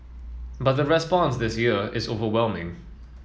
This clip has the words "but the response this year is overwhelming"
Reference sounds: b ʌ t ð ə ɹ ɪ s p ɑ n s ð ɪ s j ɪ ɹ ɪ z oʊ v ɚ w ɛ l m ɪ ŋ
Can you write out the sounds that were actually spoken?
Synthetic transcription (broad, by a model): b ʌ t ð ə ɹ ɪ s p ɑ n s ð ɪ s j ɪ ɹ ɪ z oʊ v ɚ w ɛ l m ɪ ŋ